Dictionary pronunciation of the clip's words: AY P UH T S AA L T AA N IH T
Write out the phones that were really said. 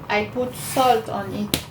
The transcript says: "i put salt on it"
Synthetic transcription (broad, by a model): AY P UH T S AA L T AA N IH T